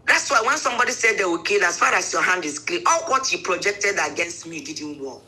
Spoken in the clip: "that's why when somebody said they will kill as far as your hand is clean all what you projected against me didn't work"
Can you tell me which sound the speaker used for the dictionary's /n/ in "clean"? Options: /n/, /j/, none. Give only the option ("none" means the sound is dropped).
none